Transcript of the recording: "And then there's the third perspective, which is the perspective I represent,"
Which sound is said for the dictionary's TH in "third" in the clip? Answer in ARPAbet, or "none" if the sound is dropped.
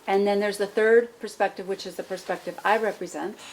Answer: TH